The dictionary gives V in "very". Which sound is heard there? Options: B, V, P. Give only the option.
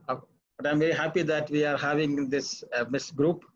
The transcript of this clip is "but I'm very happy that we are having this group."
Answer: V